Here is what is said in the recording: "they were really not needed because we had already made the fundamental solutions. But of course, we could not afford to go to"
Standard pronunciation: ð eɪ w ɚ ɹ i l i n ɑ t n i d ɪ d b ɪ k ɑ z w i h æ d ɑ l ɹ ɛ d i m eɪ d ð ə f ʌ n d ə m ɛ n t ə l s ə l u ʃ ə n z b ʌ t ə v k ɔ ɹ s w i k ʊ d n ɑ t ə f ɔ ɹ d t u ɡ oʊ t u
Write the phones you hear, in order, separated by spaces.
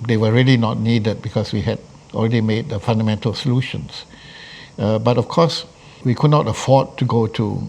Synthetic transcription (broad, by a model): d eɪ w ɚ ɹ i l i n ɑ t n i d ɪ d b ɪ k ɑ s w i h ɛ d ɑ l ɹ ɛ d i m eɪ d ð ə f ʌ n d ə m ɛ n t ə l s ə l u ʃ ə n s b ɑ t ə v k ɔ s w i k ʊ d n ɑ t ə f ɔ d t u ɡ oʊ t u